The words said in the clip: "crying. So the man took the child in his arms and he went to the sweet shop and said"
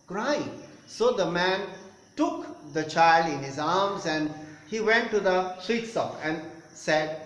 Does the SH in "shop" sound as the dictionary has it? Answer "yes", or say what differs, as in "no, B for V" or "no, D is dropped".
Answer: no, S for SH